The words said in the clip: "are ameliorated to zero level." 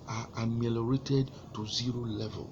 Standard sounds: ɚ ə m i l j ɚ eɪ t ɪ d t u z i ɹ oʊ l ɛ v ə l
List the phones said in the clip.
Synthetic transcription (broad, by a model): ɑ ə m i l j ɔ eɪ t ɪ d t u z i ɹ oʊ l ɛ v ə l